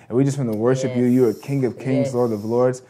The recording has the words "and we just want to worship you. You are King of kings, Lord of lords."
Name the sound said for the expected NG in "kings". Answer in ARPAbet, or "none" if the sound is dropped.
NG